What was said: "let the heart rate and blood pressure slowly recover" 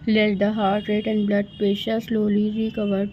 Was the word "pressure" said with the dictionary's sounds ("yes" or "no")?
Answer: no